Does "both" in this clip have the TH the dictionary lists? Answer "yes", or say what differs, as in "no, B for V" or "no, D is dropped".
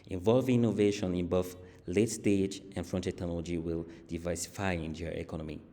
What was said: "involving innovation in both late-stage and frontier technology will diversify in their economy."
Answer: no, F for TH